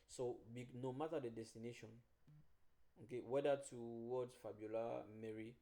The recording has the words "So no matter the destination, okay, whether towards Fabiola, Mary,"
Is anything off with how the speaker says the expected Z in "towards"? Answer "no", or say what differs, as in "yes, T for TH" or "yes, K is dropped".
yes, Z is dropped